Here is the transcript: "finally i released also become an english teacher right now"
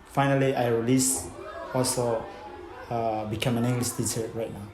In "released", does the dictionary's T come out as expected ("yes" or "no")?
no